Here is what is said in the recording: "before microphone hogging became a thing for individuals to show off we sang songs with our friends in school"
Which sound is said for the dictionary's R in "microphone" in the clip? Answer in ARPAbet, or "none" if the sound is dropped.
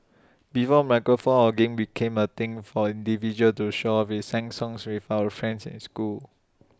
none